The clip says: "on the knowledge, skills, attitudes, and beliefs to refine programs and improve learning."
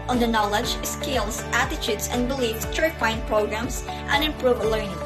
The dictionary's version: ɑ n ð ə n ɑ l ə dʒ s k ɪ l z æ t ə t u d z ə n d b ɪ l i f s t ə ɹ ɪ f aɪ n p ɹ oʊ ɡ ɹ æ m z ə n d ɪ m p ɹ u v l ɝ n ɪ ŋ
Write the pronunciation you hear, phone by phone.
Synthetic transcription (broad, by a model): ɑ n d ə n ɑ l ə dʒ s k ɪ l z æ t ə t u d s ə n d b ɪ l i f s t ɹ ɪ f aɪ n p ɹ oʊ ɡ ɹ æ m s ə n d ɪ m p ɹ u v l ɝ n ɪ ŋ